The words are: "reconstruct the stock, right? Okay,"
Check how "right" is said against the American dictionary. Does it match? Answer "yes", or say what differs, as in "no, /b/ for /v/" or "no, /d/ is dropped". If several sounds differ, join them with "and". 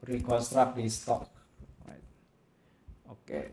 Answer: no, /w/ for /ɹ/